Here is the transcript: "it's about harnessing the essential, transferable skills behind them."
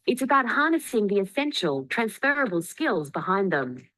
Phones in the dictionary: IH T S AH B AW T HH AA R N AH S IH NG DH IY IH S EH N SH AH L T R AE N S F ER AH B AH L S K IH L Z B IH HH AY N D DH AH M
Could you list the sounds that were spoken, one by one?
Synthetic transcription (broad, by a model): IH T S AH B AW T HH AA R N AH S IH NG DH IY IH S EH N SH AH L T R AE N S F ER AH B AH L S K IH L Z B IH HH AY N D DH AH M